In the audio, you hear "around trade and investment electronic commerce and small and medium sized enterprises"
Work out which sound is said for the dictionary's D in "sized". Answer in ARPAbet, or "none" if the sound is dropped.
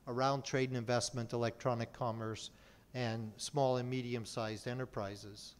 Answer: D